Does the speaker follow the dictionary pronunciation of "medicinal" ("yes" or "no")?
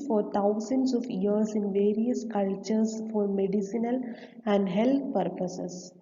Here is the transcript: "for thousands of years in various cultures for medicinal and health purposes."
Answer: yes